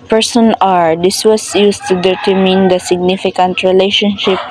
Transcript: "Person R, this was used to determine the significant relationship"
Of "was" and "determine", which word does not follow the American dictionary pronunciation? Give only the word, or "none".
was